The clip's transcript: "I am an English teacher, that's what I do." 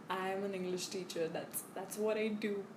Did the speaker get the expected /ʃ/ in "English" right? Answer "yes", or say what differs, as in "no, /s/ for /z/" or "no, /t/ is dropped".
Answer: yes